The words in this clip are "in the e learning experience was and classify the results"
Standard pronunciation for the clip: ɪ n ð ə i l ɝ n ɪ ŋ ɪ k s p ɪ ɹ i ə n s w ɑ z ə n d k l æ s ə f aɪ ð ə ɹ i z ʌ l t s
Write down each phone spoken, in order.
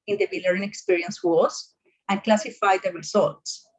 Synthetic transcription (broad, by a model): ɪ n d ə i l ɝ ɪ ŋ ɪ k s p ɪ ɹ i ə n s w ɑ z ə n k l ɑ s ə f aɪ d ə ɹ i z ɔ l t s